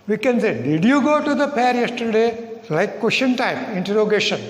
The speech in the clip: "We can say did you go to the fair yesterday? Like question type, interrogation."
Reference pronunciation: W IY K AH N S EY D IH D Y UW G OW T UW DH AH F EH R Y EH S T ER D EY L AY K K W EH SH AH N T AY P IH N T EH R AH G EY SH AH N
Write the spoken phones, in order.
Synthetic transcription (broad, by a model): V IY K AH N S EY D IH D Y UW G OW T UW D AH P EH R Y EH S T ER D EY L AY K K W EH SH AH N T AY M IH N T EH R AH G EY SH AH N